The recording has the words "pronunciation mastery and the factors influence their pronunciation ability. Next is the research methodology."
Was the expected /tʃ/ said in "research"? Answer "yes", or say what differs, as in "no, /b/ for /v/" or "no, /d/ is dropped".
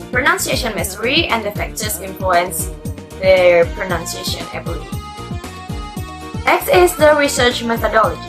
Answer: yes